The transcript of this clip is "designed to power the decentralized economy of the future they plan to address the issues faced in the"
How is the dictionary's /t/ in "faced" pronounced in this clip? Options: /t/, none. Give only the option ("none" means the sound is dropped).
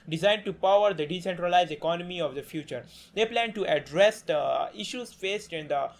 /t/